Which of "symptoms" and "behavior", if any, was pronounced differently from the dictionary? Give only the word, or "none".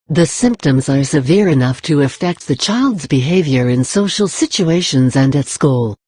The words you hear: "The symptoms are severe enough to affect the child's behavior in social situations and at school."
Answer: none